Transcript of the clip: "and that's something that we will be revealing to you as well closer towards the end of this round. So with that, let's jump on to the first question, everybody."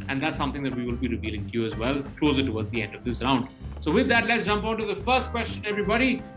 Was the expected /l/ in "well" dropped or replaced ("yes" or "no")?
no